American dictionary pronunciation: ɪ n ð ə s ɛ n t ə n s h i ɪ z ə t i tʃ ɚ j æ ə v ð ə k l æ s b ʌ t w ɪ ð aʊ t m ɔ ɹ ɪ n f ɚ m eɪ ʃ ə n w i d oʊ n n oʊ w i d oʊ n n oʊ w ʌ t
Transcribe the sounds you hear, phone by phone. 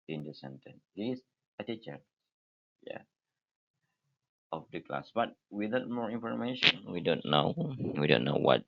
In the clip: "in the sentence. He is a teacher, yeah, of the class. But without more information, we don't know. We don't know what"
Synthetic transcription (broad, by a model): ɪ n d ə s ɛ n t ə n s h i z ə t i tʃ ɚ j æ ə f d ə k l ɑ s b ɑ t w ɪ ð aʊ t m ɔ ɹ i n f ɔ m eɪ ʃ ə n w i d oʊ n n oʊ w i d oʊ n n oʊ w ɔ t